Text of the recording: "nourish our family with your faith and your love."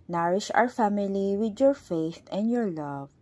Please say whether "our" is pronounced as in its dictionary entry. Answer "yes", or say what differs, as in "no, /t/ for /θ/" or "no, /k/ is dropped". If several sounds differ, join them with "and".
yes